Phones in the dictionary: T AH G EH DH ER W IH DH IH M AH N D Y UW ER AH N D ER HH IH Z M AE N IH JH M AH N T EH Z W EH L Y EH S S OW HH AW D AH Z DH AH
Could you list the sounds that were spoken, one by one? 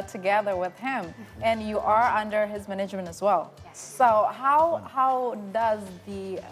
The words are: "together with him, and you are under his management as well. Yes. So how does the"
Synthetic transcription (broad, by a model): T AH G EH DH ER W IH DH IH M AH N Y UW ER AH N D ER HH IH Z M AE N IH JH M AH N T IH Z W EH L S S OW HH AW D AH Z DH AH